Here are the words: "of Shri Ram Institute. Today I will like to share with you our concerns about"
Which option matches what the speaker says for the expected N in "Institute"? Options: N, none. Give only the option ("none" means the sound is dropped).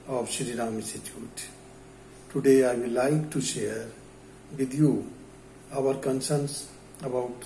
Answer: none